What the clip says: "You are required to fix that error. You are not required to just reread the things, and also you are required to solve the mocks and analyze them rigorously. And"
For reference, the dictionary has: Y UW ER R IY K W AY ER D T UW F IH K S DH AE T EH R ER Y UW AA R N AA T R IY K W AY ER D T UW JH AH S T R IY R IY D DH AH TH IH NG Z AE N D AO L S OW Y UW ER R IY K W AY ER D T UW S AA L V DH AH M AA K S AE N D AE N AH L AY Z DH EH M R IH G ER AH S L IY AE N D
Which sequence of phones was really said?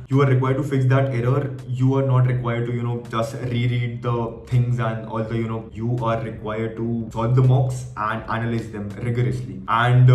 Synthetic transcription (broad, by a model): Y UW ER R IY K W AY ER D T UW F IH K S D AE T EH R ER Y UW AA R N AA T R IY K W AY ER D T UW JH AH S T R IY R IY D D AH T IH NG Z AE N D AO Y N OW Y UW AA R IY K W AY ER D T UW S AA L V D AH M AA K S AE N D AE N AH L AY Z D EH M R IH G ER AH S L IY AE N D